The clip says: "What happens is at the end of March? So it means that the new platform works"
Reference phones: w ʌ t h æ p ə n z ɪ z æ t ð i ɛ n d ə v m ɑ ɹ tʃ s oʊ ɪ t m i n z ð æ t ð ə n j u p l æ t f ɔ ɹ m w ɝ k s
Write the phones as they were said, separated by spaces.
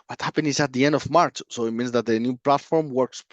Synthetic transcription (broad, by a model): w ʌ t h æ p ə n ɪ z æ t ð i ɛ n d ə v m ɑ ɹ tʃ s oʊ ɪ t m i n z ð æ t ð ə n j u p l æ t f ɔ ɹ m w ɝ k s